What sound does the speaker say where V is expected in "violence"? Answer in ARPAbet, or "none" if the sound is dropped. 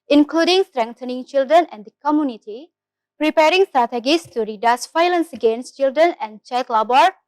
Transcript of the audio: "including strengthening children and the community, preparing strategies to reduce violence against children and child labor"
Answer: F